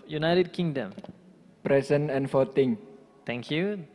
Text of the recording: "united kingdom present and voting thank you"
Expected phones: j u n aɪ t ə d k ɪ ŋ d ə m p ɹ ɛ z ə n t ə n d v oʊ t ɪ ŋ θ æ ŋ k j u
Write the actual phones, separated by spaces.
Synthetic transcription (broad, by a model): j u n aɪ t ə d k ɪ ŋ d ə m p ɹ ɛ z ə n ə n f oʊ t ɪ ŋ t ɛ ŋ k j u